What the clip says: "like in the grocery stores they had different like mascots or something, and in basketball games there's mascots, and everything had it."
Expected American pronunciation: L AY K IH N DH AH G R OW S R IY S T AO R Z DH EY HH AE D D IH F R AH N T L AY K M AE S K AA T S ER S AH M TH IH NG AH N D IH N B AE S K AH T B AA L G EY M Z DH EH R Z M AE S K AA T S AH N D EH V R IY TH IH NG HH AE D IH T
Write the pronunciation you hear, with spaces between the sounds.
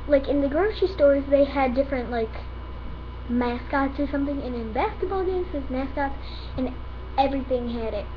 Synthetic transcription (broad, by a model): L AY K IH N DH AH G R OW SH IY S T AO R Z DH EY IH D D IH F R AH N T L AY K M AE S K AA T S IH S AH M TH IH NG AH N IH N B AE S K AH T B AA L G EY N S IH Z M AE S K AA T S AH N EH V R IY TH IH NG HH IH D IH T